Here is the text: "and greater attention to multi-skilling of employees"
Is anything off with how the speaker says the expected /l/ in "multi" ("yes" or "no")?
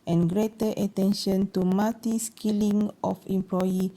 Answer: yes